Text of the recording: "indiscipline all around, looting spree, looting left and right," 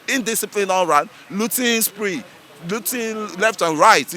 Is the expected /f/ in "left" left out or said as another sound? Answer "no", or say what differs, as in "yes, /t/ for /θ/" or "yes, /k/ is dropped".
no